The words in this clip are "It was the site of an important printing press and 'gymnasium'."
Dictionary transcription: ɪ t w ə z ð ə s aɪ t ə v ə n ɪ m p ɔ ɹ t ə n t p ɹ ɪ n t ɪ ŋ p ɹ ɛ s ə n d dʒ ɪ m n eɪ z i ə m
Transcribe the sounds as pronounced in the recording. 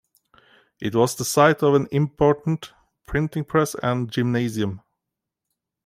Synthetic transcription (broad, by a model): ɪ t w ə z ð ə s aɪ t ə v ə n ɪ m p ɔ ɹ t n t p ɹ ɪ n t ɪ ŋ p ɹ ɛ s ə n dʒ ɪ m n eɪ z i ə m